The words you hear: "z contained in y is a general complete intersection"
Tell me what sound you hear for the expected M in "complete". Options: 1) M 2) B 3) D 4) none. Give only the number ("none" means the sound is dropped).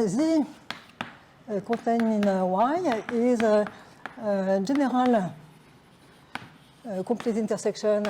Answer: 4